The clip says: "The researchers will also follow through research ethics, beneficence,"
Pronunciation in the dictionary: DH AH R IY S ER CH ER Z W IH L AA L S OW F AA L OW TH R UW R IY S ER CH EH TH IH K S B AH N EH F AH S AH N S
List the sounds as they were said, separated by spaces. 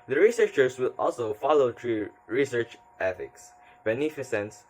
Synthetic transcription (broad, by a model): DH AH R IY S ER CH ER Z W IH L AA L S OW F AA L OW T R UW R IY S ER CH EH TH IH K S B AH N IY F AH S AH N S